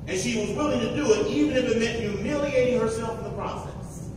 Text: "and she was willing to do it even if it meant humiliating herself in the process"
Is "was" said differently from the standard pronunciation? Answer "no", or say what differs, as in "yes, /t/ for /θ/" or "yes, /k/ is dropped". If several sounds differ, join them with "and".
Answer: no